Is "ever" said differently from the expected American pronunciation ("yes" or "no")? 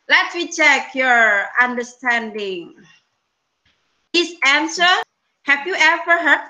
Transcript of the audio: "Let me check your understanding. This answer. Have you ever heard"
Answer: yes